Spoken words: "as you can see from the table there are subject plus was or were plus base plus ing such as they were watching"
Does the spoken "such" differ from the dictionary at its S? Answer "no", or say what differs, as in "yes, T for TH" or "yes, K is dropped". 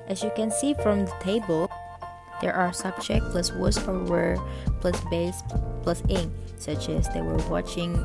no